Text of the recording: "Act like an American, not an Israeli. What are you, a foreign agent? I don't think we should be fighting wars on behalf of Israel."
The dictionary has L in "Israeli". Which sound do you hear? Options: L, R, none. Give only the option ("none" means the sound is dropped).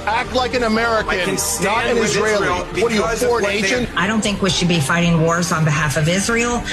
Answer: none